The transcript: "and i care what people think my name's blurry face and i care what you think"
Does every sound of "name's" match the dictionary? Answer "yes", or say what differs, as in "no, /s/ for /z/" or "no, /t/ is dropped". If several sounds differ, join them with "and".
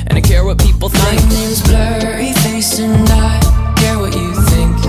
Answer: no, /m/ is dropped